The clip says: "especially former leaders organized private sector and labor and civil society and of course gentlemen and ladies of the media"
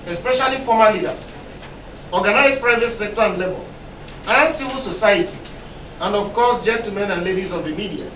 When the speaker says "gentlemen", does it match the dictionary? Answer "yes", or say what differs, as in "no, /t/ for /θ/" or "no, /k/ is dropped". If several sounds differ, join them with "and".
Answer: no, /l/ is dropped